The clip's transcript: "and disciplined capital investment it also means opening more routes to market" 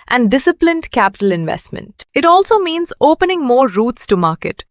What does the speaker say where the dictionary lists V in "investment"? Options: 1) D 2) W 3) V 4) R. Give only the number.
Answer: 3